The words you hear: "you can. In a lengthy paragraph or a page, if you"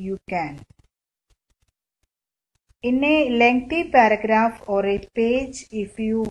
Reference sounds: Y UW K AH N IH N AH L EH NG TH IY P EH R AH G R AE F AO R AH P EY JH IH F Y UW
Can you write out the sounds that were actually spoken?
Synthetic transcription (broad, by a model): Y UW K AH N IH N AH L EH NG T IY P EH R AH G R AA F AO R AH P EY JH IH F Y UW